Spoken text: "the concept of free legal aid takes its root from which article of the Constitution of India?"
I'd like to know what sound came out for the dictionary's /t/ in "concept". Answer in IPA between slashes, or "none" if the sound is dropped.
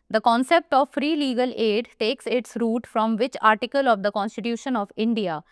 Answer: /t/